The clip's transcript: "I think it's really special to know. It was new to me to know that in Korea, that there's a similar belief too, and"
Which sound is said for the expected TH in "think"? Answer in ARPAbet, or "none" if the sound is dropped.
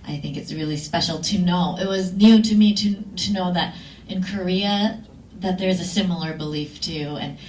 TH